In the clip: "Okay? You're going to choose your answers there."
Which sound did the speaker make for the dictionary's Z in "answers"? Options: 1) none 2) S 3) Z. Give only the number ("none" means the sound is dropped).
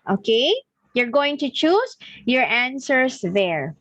2